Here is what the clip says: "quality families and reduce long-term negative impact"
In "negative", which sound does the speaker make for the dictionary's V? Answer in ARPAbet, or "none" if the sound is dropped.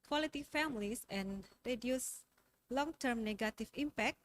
F